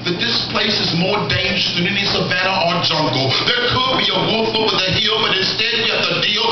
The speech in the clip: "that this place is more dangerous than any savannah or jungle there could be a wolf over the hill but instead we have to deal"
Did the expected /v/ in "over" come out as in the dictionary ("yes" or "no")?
no